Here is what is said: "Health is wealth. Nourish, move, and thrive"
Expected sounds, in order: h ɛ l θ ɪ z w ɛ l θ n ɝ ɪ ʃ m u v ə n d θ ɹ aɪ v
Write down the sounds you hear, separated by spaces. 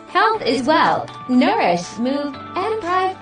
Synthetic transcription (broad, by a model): h ɛ l θ ɪ z w ɛ l n ɝ ɪ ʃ m u v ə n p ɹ aɪ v